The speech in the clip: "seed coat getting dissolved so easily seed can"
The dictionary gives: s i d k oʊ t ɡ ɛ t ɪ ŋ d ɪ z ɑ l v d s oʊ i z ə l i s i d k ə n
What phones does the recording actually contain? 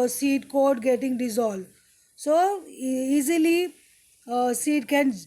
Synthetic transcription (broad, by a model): s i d k oʊ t ɡ ɛ t ɪ ŋ d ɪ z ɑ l d s oʊ i z ə l i s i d k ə n